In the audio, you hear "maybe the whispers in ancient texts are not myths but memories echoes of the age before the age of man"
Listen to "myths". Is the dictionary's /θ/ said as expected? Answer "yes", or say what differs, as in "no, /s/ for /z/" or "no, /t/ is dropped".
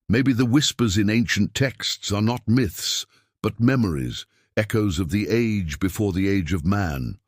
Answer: yes